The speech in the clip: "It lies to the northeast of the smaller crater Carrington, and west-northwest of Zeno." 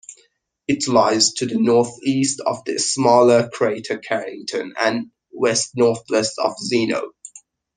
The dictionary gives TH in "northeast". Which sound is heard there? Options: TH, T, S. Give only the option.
TH